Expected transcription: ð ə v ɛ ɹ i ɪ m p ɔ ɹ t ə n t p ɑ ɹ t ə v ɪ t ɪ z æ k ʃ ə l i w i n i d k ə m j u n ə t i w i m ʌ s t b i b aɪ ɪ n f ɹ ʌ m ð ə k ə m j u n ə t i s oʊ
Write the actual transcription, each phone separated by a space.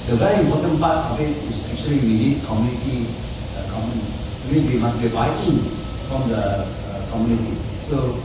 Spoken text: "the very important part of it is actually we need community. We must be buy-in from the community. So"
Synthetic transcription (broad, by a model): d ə v ɛ ɹ i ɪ m p ɔ t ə n p ɑ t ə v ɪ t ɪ s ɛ k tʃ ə l i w i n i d k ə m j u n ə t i w i m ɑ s b i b aɪ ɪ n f ɹ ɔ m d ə k ə m j u n ə t i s oʊ